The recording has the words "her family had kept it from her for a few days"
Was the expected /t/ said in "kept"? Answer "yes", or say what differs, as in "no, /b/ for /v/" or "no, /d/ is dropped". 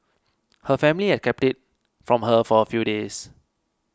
yes